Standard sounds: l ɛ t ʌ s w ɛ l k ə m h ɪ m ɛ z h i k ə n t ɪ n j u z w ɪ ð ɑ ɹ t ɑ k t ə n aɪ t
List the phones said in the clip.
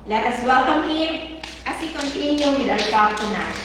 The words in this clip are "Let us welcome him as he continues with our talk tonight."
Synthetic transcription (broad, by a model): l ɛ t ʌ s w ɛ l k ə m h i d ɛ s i k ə n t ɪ n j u w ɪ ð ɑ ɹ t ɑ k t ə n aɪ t